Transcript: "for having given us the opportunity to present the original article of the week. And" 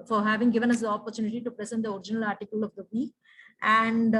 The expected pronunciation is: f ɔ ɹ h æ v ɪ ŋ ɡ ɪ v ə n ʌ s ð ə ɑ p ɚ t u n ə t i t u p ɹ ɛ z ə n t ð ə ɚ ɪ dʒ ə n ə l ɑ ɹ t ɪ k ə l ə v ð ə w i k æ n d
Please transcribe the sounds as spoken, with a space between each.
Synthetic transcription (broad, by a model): f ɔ ɹ h æ v ɪ ŋ ɡ ɪ v ə n ʌ s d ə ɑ p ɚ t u n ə t i t u p ɹ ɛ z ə n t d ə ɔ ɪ dʒ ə n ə l ɑ ɹ t ɪ k ə l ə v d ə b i æ n d